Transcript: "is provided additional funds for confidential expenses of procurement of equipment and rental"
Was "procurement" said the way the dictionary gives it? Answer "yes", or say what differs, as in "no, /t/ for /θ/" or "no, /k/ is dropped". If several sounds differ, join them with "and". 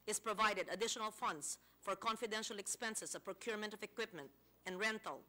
yes